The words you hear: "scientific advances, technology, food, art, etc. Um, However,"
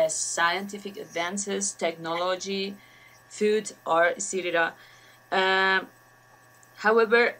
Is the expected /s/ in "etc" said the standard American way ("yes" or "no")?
no